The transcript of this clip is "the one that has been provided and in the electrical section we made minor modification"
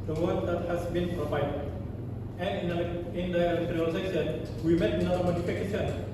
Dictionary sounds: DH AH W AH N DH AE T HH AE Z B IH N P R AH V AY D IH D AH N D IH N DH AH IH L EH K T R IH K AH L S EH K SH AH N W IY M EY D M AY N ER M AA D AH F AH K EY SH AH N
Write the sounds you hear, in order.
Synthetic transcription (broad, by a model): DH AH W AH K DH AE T HH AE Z B IH N P R AH V AY D IH D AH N IH N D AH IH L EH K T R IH AH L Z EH SH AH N W IY M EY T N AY ER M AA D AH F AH K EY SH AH N